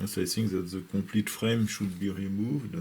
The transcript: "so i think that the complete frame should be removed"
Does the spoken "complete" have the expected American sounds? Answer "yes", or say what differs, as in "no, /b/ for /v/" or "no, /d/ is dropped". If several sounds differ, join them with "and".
no, /m/ is dropped